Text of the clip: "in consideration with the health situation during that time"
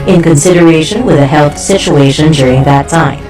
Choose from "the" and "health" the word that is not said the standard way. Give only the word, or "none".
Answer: none